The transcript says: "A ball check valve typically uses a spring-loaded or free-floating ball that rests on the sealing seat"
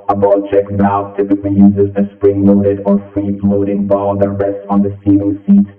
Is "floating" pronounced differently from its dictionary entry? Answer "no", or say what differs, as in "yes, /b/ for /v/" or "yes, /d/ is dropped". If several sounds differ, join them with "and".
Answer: yes, /p/ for /f/